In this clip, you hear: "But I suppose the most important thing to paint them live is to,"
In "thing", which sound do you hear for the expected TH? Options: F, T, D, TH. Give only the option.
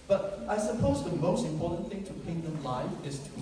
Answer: TH